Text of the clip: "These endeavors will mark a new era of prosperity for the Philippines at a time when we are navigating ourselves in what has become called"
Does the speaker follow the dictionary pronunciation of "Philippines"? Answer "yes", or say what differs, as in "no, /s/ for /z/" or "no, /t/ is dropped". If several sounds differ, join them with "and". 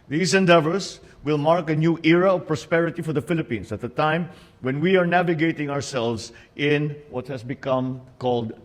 no, /s/ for /z/